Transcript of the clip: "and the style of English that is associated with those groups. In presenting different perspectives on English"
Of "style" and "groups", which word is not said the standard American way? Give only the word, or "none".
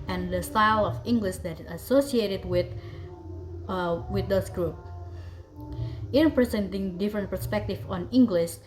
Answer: groups